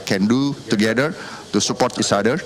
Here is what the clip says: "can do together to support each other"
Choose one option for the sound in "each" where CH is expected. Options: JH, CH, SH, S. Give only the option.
S